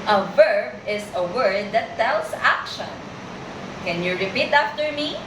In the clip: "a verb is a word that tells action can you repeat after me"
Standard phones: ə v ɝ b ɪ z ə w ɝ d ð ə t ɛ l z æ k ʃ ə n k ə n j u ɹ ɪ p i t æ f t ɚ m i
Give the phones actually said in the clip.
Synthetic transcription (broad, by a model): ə v ɝ b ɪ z ə w ɝ d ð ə t ɛ l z æ k ʃ ə n k ə n j u ɹ ɪ p i t æ f t ɚ m i